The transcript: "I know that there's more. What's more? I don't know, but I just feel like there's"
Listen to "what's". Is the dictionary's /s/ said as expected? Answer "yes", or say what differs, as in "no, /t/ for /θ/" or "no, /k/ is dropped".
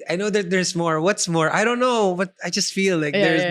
yes